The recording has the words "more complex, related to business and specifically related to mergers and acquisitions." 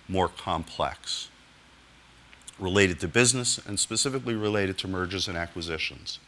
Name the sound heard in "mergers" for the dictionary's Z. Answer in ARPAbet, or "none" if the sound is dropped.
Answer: Z